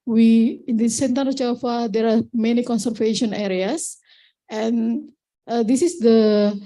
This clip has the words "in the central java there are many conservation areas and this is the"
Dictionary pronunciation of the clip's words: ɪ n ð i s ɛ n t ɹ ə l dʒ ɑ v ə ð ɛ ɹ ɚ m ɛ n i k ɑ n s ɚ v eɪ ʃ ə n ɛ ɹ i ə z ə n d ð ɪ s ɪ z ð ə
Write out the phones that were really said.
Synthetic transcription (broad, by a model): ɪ n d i s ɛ n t ə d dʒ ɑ f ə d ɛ ɹ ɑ m ɛ n i k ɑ n s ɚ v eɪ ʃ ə n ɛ ɹ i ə s ə n d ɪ s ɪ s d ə